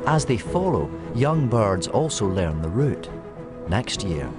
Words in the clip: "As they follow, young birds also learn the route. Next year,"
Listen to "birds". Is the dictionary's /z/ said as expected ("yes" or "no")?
yes